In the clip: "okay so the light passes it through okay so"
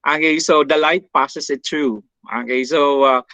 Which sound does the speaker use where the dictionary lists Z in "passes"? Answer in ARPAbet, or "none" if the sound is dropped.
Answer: S